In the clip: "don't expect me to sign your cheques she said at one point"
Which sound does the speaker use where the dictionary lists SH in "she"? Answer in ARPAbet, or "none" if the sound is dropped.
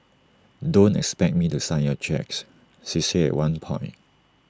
S